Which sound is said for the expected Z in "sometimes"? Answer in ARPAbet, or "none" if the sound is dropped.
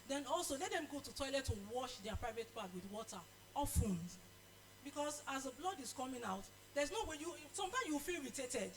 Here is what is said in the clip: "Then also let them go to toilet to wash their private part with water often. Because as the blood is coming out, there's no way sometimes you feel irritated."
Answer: none